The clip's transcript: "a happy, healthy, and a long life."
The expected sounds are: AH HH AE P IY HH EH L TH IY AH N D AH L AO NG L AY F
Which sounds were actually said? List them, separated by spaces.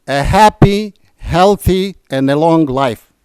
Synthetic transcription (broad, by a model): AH HH AE P IY HH EH L TH IY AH N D AH L AO NG L AY F